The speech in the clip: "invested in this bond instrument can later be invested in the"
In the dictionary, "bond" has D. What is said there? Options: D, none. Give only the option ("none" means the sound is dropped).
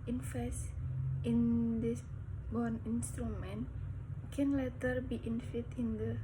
none